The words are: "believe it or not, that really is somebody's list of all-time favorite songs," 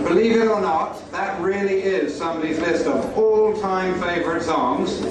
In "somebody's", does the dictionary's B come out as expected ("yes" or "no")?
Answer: yes